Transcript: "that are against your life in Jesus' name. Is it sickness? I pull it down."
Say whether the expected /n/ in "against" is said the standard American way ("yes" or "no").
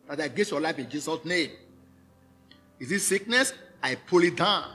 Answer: no